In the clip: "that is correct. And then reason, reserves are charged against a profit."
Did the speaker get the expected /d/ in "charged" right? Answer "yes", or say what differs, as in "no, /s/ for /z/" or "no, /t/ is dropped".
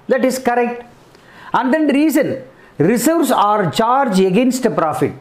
no, /d/ is dropped